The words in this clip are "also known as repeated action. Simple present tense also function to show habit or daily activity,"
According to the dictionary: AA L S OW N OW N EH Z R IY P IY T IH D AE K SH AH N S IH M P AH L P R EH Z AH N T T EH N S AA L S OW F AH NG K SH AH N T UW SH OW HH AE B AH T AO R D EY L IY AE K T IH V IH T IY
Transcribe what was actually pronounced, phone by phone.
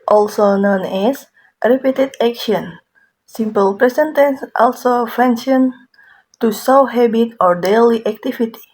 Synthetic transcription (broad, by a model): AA L S OW N OW N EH S R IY P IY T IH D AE K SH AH N S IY M P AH L P R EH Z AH N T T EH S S AA L S OW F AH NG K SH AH N T UW S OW HH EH B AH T AO R D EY L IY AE K T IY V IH T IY